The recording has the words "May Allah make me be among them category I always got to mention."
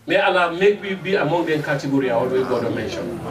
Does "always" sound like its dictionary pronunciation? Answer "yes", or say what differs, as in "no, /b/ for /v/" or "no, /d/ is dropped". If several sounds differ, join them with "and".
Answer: no, /z/ is dropped